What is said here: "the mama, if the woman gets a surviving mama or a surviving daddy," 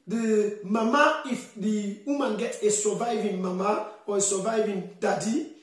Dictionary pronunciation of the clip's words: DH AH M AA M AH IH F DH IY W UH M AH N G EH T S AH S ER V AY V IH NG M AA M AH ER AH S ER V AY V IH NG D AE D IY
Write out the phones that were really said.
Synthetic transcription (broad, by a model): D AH M AA M AH IH F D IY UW M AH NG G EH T AH S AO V AY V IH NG M AA M AH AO AH S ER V AY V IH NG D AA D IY